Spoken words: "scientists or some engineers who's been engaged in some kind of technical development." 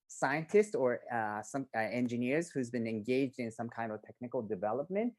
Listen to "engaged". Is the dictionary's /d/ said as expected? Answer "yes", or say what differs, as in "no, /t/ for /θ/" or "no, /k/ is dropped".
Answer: yes